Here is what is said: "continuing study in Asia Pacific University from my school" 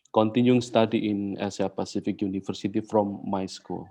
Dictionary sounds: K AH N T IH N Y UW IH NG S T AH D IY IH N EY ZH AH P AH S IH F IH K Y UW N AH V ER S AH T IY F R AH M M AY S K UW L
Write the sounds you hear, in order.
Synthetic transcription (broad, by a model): K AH N T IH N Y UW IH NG S T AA D IY IH N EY S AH P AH S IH F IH K Y UW N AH F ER S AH T IY F R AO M M AY S K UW L